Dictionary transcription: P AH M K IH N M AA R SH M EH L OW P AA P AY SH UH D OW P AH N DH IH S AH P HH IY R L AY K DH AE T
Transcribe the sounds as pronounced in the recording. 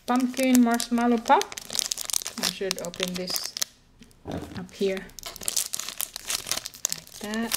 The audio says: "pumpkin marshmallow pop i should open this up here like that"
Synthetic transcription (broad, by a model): P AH M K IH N M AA R S M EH L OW P AA P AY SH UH D OW P AH N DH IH S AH P HH IY R L AY K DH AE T